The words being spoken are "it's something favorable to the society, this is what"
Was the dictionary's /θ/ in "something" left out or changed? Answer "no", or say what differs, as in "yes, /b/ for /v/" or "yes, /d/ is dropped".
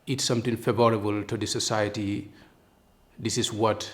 yes, /t/ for /θ/